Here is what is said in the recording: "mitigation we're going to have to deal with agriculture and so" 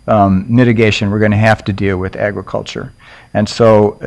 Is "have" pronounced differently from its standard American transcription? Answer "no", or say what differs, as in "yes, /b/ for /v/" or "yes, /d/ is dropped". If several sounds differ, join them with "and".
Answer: yes, /f/ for /v/